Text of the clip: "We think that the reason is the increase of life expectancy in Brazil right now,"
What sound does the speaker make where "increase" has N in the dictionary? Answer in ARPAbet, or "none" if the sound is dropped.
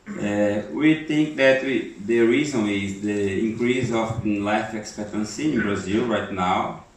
none